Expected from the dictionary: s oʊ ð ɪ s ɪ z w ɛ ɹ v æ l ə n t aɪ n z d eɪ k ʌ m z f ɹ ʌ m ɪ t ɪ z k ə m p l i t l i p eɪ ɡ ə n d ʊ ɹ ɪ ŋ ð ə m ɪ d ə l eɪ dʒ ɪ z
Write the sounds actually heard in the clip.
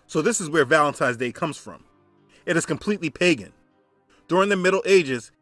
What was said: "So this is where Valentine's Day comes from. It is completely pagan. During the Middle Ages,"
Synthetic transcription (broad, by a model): s oʊ ð ɪ s ɪ z w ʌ ɹ v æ l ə n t aɪ z d eɪ k ʌ m z f ɹ ʌ m ɪ t ɪ z k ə m p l i t l i p eɪ ɡ ə n d ʊ ɹ ɪ ŋ ð ə m ɪ d l eɪ dʒ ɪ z